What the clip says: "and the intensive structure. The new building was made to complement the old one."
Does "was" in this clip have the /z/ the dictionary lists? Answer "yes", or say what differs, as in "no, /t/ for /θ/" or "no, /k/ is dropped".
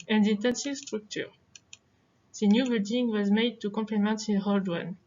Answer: yes